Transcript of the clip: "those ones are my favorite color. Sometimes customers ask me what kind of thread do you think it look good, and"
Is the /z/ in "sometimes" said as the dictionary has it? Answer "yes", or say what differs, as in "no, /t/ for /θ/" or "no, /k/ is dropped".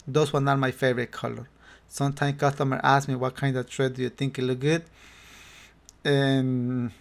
no, /z/ is dropped